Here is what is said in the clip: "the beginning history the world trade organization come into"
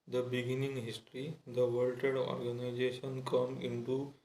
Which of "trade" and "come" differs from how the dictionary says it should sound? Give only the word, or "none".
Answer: trade